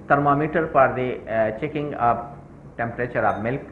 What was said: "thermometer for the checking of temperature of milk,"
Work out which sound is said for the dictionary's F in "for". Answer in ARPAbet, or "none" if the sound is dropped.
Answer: P